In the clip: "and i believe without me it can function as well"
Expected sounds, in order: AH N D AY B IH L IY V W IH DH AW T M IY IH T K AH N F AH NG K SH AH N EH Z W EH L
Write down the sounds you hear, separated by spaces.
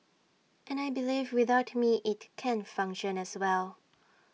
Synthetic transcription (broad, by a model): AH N AY B IH L IY V W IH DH AW T M IY IH T K AH N F AH NG K SH AH N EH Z W EH L